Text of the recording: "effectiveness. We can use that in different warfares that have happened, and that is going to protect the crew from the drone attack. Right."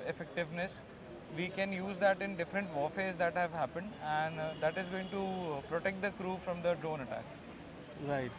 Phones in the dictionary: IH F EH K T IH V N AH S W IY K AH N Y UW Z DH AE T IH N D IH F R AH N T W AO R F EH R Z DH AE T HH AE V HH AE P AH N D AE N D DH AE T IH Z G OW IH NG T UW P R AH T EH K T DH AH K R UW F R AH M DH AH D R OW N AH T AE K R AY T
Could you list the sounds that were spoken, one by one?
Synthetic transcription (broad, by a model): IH F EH K T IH V N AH S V IY K AH N Y UW Z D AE T IH N D IH F R AH N T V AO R F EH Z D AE T HH AE V HH AE P AH N D AE N D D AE T IH Z G OW IH NG T UW P R AH T EH K T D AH K R UW F R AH M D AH D R OW N AH T AE K R AY T